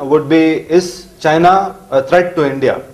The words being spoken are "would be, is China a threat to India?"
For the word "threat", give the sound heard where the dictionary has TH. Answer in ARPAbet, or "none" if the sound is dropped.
T